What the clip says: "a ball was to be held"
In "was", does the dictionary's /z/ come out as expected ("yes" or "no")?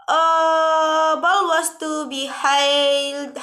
no